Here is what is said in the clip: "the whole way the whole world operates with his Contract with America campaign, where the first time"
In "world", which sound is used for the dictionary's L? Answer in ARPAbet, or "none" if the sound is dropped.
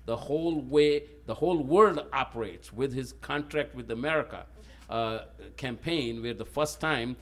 L